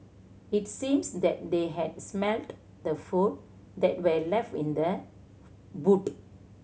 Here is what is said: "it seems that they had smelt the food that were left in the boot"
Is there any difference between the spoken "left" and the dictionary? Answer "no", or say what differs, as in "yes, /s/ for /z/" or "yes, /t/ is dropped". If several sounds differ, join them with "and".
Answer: no